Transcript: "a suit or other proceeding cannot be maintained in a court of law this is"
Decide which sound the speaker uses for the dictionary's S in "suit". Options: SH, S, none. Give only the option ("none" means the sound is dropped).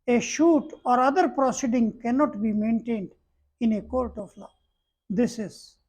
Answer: SH